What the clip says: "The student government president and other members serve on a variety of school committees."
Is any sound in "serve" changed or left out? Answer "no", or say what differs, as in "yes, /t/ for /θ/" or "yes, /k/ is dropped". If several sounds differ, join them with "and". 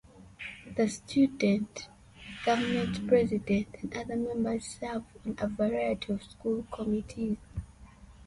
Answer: yes, /f/ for /v/